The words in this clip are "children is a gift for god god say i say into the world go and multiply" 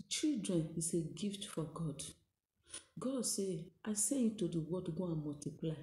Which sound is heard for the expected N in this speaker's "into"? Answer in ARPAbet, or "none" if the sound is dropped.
none